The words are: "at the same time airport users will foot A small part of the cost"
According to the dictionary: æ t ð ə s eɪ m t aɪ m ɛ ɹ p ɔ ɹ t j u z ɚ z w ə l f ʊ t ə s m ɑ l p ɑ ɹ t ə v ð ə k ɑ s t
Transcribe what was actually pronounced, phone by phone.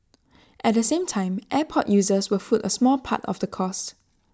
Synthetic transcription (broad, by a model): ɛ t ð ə s eɪ m t aɪ m ɛ p ɔ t j u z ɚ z w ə f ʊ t ə s m ɑ l p ɑ t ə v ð ə k ɑ s t